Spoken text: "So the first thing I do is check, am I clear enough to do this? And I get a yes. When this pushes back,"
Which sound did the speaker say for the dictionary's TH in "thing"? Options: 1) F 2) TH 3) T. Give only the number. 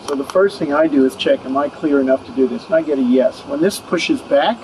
2